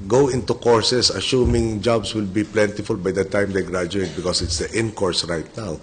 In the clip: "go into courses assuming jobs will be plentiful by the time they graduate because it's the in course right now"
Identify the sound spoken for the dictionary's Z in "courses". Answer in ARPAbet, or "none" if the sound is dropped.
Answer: S